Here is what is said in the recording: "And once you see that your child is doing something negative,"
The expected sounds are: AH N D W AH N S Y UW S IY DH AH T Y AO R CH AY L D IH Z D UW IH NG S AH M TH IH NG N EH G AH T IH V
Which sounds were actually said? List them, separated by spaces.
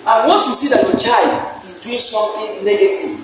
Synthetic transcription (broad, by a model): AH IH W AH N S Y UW S IY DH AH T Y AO CH AY L D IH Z D UW IH NG S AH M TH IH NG N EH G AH T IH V